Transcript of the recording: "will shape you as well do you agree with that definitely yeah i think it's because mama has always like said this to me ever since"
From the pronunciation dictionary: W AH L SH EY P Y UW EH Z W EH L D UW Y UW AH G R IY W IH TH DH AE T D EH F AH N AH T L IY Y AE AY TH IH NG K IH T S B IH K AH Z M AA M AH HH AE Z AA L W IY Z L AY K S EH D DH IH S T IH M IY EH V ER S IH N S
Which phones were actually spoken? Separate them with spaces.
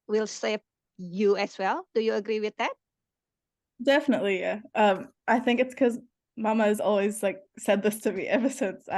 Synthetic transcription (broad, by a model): W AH L S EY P Y UW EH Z W EH L D UW Y UW AH G R IY W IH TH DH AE T D EH F AH N AH T L IY Y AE AY TH IH NG K IH T S K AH Z M AA M AH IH Z AA L W IY Z L AY K S EH D DH IH S T IH M IY EH V ER S IH N S